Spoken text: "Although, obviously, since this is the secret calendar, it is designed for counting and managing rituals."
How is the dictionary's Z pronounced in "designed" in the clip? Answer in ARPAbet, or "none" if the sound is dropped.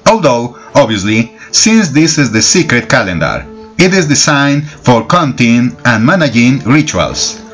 S